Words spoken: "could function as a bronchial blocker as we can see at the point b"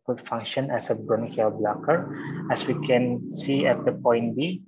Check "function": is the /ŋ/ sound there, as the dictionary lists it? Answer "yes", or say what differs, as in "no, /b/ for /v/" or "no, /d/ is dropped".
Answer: yes